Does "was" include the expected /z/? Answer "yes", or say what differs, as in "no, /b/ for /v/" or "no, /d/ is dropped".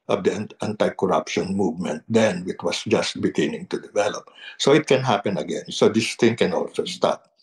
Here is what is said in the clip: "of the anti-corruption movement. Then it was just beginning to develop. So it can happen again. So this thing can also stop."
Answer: no, /s/ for /z/